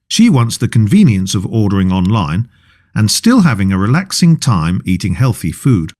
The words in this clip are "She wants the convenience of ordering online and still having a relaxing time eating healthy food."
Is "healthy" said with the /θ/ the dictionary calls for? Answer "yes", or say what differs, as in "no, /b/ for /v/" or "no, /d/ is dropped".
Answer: yes